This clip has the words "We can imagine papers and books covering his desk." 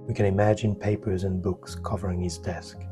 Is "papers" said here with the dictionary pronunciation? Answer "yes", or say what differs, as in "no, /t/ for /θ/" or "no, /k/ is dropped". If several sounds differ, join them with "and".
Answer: yes